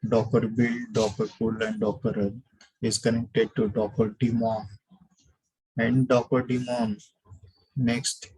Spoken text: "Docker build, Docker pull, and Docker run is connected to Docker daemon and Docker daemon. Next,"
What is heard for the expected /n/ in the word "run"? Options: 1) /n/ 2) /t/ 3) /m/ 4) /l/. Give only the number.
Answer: 4